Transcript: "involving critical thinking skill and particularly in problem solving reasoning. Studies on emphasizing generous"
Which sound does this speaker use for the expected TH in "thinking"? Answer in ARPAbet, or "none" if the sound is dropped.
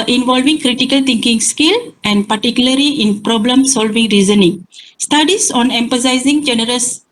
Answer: T